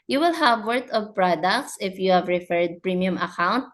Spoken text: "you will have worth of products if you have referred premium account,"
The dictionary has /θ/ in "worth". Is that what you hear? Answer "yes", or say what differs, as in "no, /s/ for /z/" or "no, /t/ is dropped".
no, /t/ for /θ/